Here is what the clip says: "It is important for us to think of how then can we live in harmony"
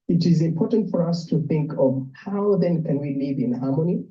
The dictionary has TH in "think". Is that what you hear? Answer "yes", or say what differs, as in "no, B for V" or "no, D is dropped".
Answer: yes